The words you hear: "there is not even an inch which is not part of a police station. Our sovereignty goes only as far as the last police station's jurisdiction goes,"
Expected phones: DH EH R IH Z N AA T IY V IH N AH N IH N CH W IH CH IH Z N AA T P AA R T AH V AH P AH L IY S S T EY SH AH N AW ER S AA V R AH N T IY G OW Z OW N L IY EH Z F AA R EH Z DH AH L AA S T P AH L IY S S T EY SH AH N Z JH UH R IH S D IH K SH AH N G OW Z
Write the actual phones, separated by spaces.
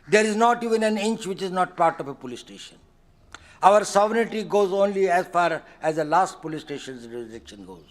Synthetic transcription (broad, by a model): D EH R IH Z N AA T IY V IH N AH N IH N CH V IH CH IH Z N AA T P AA R T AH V AH P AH L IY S S T EY SH AH N AW ER S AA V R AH T IY G OW Z OW N L IY EH Z F AA R EH Z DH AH L AA S T P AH L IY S S T EY SH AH N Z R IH D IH K SH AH N G OW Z